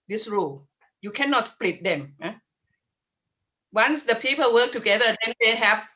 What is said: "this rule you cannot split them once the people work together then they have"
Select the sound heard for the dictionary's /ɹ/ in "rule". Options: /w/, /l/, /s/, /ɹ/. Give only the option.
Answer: /ɹ/